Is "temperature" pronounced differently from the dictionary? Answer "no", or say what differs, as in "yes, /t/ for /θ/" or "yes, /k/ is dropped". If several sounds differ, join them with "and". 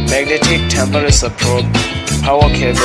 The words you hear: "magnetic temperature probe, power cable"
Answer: yes, /s/ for /tʃ/